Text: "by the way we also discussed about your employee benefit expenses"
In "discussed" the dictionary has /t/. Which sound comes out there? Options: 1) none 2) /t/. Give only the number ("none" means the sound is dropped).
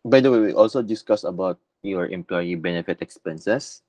1